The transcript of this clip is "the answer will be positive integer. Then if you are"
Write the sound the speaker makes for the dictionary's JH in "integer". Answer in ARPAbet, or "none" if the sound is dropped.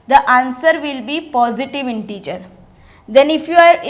CH